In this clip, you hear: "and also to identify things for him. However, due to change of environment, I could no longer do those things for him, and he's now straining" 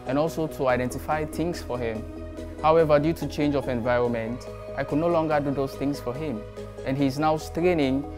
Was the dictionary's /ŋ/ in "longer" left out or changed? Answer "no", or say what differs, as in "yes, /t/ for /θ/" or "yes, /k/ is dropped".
no